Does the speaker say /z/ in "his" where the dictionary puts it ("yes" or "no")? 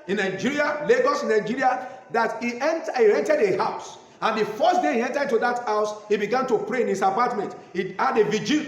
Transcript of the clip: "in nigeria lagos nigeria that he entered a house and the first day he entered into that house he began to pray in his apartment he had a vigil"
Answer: no